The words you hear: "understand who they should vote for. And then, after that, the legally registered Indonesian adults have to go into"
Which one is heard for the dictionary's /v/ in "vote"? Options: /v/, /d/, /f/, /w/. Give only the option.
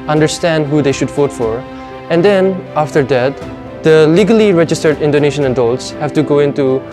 /f/